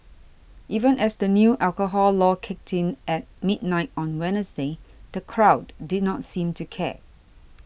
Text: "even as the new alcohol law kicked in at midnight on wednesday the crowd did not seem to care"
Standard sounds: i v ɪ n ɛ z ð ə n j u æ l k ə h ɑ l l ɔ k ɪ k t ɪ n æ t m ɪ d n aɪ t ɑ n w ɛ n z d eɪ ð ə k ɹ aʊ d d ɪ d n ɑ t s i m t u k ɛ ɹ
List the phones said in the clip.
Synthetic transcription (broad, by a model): i v ɪ n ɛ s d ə n j u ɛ l k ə h ɑ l l ɔ k ɪ k t ɪ n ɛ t m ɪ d n aɪ t ɑ n w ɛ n s d eɪ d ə k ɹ aʊ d d ɪ d n ɑ t s i m t u k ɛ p